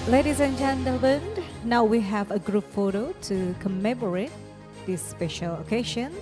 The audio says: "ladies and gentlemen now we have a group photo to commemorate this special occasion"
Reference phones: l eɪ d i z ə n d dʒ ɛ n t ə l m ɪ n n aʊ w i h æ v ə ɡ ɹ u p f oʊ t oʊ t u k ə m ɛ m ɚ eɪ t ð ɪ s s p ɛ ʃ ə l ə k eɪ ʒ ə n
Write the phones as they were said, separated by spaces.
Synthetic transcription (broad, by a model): l eɪ d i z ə n dʒ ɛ n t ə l ɪ n n aʊ w i h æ v ə ɡ ɹ u p f oʊ t oʊ t u k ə m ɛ m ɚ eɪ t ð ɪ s s p ɛ ʃ ə l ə k eɪ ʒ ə n